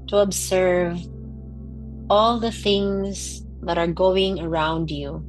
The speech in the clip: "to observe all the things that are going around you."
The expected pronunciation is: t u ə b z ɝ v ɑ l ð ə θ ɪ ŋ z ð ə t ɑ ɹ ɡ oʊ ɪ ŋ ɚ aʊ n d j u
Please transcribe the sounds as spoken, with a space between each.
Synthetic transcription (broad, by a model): t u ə b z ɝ v ɑ l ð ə θ ɪ ŋ z ð ə t ɑ ɹ ɡ oʊ ɪ ŋ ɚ aʊ n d j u